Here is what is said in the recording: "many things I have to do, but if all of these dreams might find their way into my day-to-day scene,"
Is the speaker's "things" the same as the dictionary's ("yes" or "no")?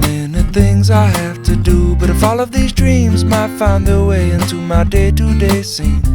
yes